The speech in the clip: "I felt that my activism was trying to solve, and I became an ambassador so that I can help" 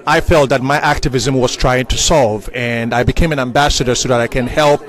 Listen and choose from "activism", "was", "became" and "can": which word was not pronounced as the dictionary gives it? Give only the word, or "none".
none